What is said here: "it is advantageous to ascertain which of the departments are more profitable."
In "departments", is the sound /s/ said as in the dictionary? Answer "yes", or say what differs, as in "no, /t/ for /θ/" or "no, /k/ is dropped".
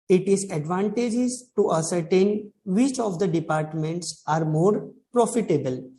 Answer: yes